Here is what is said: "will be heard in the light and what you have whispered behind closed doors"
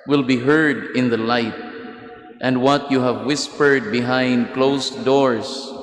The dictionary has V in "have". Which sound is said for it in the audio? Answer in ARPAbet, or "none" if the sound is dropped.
V